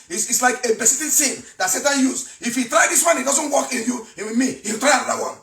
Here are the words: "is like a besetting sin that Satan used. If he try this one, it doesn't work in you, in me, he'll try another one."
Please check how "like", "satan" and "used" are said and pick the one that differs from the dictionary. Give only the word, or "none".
used